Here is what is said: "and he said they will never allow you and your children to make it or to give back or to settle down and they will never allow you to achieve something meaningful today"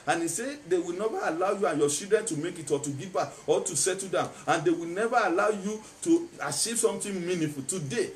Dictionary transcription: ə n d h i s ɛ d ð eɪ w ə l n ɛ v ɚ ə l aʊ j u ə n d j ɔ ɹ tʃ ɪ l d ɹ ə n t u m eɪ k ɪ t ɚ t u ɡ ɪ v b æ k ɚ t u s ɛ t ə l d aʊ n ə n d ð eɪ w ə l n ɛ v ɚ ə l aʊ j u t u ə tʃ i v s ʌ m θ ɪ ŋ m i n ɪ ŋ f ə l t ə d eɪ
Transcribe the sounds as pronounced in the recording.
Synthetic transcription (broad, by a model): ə n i s ɛ d eɪ w ə l n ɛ v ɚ ə l aʊ j u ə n j ɔ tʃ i l d ɹ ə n t u m eɪ k ɪ t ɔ t u ɡ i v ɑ ɔ t u s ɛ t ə d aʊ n ə n d eɪ w ə l n ɛ v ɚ ə l aʊ j u t u ə tʃ i v s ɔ m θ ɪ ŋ m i n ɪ f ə l t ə d eɪ